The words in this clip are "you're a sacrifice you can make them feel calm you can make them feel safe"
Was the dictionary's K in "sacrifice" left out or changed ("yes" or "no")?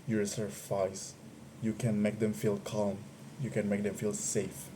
yes